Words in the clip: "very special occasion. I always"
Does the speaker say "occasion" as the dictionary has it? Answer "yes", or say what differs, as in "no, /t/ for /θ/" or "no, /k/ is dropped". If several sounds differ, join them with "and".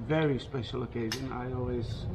yes